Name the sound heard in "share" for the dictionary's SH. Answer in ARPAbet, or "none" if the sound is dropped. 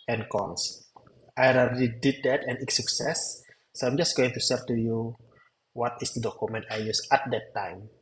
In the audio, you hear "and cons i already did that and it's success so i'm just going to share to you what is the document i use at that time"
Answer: S